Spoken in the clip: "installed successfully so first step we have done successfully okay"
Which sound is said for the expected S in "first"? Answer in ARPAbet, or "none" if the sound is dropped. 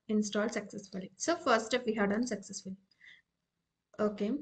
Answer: none